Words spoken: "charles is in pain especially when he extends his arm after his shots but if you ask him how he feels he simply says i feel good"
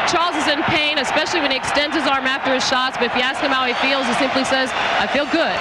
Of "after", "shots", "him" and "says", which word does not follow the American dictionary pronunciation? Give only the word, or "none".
none